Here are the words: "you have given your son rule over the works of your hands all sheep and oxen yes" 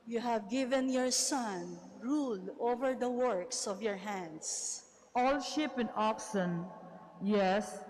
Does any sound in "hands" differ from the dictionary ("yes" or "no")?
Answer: yes